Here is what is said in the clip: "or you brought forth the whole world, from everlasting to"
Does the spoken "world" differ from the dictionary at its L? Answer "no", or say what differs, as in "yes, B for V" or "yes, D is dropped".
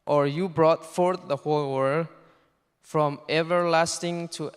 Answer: yes, L is dropped